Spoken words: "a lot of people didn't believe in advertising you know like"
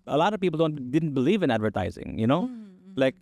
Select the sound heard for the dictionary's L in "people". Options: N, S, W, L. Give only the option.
N